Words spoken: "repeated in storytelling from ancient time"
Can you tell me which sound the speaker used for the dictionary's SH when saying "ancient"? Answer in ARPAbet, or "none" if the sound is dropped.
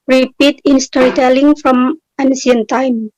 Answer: S